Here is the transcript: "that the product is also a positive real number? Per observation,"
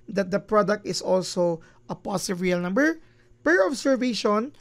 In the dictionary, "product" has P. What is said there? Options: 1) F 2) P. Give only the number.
2